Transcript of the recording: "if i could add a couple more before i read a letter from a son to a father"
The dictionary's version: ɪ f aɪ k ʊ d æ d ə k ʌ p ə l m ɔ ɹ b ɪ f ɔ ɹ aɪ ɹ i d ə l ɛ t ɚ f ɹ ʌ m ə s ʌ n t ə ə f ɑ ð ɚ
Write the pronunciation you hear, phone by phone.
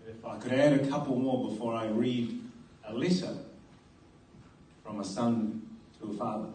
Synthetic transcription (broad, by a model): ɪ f aɪ k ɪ d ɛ d ə k ʌ p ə l m ɔ ɹ b ɪ f ɔ ɹ aɪ ɹ i d ə l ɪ s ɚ f ɹ ʌ m ə s ʌ n t ə ə f ɑ ð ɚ